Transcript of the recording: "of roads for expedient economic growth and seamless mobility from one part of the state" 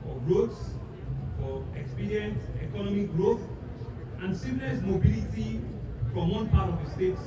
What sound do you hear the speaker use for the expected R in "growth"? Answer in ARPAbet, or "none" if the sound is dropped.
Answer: R